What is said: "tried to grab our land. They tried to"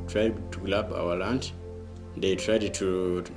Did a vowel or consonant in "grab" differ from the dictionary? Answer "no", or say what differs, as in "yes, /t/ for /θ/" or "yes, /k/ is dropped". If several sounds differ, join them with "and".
yes, /l/ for /ɹ/